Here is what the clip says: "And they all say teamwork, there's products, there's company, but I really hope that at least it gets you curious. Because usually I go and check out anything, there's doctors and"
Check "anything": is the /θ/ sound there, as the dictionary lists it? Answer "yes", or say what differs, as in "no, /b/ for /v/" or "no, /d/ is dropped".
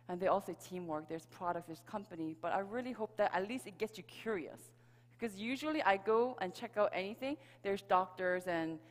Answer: yes